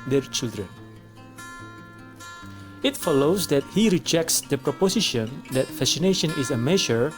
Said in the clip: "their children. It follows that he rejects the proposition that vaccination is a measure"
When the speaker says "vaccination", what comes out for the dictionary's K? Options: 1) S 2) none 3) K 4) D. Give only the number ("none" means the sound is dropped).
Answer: 2